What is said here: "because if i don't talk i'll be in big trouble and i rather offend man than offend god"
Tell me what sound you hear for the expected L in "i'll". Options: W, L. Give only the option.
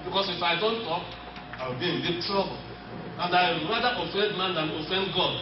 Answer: W